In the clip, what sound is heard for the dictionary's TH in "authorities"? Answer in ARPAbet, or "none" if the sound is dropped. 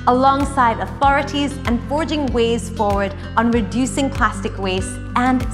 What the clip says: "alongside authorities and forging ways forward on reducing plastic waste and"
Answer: TH